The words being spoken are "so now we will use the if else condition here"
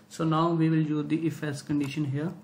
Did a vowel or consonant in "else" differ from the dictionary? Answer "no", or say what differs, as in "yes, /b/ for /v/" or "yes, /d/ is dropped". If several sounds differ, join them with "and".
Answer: yes, /l/ is dropped